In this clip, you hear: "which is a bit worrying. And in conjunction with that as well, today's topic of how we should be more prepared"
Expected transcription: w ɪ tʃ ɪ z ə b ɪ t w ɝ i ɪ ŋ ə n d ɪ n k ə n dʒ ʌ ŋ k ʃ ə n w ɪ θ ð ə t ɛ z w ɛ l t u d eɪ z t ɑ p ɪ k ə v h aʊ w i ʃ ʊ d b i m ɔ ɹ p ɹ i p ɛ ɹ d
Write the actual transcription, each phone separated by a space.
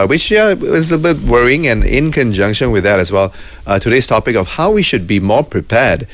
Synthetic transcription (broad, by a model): w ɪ tʃ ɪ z ə b ɪ t w ɝ i ɪ ŋ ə n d ɪ n k ə n dʒ ʌ ŋ k ʃ ə n w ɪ ð ə t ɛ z w ɛ l t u d eɪ s t ɑ p ɪ k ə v h aʊ w i ʃ ʊ d b i m ɔ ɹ p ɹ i p ɛ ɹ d